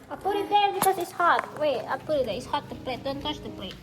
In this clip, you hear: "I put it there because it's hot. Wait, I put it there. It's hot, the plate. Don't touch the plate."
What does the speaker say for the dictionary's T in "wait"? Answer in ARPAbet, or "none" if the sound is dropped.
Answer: none